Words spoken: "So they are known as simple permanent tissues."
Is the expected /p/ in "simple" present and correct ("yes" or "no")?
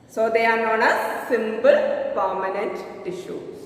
no